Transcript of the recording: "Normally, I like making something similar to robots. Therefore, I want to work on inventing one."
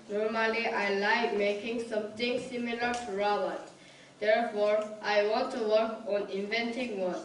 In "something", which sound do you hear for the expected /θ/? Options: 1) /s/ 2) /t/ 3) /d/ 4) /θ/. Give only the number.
2